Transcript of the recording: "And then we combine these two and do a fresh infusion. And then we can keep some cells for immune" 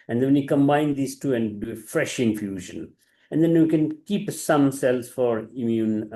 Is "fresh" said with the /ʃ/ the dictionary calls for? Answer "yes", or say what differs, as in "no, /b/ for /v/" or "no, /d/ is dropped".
yes